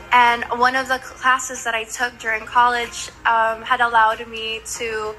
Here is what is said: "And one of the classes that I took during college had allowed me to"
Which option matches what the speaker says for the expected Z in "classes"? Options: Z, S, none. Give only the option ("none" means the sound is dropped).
Z